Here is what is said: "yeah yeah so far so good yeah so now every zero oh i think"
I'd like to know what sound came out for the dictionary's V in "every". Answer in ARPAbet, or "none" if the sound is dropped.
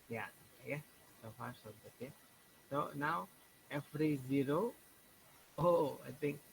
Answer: F